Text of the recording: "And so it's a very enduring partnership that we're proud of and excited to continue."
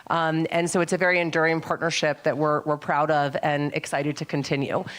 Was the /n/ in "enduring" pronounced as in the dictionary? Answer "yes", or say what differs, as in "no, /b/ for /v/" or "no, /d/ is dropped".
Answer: yes